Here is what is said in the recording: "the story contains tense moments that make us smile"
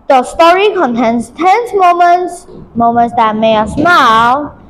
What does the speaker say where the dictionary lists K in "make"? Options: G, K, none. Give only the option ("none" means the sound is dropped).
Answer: none